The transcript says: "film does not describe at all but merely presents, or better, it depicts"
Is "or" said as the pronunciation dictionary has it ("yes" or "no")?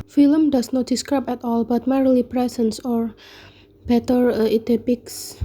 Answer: yes